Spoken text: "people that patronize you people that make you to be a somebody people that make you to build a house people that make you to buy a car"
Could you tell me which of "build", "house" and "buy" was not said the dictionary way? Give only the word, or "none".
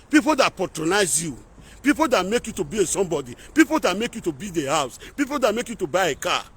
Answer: build